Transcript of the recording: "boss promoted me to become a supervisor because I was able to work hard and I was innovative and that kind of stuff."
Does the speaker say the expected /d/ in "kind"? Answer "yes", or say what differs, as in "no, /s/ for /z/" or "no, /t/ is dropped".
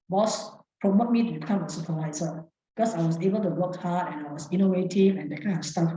no, /d/ is dropped